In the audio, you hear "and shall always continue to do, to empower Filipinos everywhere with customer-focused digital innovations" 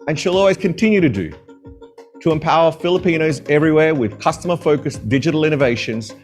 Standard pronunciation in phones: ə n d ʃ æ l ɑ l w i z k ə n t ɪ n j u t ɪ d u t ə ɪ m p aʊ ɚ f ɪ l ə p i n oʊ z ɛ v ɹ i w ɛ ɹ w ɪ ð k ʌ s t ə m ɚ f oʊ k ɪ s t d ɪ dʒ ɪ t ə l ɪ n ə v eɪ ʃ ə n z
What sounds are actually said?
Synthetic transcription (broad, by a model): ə n ʃ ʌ l ɑ l w i z k ə n t ɪ n j u t ɪ d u t ə ɪ m p aʊ ɚ f ɪ l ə p i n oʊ z ɛ v ɹ i w ɛ ɹ w ɪ ð k ʌ s t ə m ɚ f oʊ k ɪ s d ɪ dʒ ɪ t l ɪ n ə v eɪ ʃ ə n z